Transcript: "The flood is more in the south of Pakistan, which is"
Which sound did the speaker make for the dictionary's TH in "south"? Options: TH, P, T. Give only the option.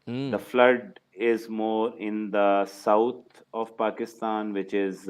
T